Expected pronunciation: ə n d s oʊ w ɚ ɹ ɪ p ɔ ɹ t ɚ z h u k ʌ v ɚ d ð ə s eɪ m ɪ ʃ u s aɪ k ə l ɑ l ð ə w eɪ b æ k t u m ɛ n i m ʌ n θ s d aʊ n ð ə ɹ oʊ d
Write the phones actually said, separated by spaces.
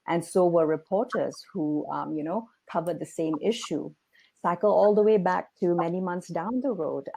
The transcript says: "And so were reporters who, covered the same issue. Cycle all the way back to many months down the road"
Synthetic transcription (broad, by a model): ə n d s oʊ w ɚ ɹ ɪ p ɔ ɹ t ɚ z h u k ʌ v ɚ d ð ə s eɪ m ɪ ʃ u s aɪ k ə l ɑ l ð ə w eɪ b æ k t u m ɛ n i m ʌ n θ s d aʊ n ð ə ɹ oʊ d